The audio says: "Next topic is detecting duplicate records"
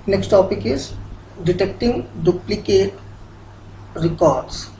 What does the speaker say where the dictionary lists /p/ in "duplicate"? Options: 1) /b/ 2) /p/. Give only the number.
2